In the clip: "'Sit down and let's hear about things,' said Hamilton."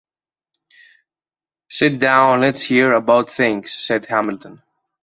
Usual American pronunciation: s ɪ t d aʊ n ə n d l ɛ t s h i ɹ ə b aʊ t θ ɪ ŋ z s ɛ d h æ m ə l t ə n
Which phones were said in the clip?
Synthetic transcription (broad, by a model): s ɪ t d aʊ ə n l ɛ t s h i ɹ ə b aʊ t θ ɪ ŋ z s ɛ d h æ m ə l t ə n